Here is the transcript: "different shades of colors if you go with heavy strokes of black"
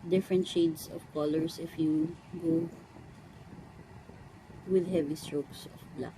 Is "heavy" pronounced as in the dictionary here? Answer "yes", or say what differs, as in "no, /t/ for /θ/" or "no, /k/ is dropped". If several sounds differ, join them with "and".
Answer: yes